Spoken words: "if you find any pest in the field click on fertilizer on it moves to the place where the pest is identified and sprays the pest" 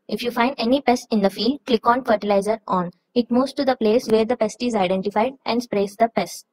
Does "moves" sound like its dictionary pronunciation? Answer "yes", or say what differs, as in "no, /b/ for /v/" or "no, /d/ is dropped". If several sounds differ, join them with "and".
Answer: no, /v/ is dropped